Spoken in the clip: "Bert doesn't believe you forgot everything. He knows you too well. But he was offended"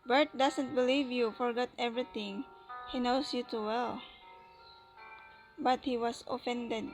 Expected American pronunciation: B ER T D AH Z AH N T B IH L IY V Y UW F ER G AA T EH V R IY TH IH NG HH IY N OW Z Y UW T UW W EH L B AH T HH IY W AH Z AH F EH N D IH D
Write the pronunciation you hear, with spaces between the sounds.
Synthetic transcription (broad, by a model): B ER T D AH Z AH N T B IH L IY V Y UW F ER G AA T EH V R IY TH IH NG HH IY N OW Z Y UW T UW W EH L B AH T HH IY W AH S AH F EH N D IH D